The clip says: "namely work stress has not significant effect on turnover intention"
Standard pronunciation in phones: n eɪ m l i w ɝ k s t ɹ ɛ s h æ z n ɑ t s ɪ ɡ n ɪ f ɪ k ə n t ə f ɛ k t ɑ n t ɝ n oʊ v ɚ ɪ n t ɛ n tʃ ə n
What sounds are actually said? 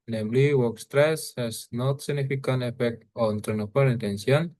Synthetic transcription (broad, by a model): n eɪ m l i w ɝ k s t ɹ ɛ s h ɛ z n ɑ t s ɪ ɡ n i f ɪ k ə n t ə f ɛ k t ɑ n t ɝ n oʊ p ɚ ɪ n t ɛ n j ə n